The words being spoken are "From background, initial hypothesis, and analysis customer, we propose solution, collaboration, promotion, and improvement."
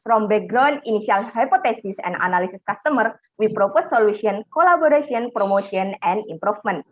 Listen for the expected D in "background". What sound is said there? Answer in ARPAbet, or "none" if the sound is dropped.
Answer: none